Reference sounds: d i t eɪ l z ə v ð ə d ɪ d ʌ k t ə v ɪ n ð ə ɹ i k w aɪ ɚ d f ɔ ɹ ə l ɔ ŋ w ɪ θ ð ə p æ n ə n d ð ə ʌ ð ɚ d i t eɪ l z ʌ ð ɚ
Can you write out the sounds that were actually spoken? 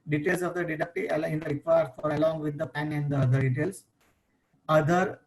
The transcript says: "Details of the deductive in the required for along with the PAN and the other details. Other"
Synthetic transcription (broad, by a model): d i t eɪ l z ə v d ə d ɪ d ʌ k t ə ɪ n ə ɹ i k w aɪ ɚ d f ɔ ɹ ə l ɔ ŋ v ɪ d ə p æ n ə n d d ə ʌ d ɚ d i t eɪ l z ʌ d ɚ